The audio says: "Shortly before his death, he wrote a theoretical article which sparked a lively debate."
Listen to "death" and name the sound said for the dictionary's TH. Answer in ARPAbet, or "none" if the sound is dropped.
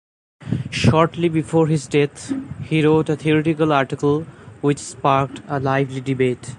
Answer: T